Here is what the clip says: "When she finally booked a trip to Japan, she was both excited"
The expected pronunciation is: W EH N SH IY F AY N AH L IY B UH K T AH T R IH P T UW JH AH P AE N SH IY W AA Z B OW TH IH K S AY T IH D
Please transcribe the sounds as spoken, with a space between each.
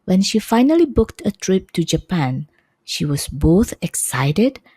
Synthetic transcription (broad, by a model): W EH N SH IY F AY N AH L IY B UH K T AH T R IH P T UW JH AH P AE N SH IY W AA S B OW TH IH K S AY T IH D